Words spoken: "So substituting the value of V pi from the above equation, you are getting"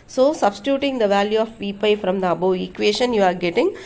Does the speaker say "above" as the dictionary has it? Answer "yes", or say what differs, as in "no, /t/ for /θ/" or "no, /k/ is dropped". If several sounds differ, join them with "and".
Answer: no, /v/ is dropped